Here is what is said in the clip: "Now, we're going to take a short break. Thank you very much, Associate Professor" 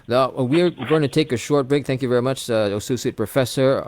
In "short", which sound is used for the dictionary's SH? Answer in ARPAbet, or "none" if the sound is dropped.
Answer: SH